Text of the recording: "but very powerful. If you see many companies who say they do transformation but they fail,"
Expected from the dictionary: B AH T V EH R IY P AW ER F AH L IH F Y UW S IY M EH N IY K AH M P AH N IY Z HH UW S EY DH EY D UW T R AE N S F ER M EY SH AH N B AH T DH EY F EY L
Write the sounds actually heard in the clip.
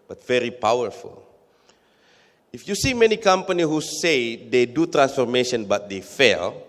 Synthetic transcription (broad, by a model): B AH T V EH R IY P AW ER F AH L IH F Y UW S IY M EH N IY K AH M P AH N IY HH UW S EY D EY D UW T R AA N S F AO M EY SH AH N B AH T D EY F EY L